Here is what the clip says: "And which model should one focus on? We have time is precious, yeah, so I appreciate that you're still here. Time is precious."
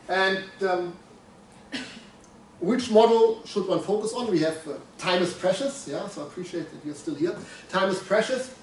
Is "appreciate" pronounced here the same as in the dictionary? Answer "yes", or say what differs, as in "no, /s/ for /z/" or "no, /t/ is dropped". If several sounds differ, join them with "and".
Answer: yes